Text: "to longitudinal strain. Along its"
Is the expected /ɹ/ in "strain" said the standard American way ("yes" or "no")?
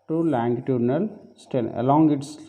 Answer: no